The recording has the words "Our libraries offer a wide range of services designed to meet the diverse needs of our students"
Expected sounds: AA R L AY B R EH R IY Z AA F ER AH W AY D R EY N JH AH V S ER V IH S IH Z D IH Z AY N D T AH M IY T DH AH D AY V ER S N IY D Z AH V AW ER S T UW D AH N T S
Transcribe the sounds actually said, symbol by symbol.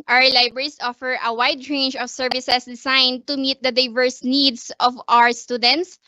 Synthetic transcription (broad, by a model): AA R L AY B R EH R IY S AA F ER AH W AY D R EY N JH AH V S ER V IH S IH S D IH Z AY N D T AH M IY T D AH D AY V ER S N IY D S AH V AW ER S T UW D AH N T S